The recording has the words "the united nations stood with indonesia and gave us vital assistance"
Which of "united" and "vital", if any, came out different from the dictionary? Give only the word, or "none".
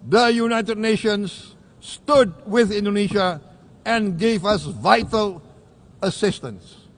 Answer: none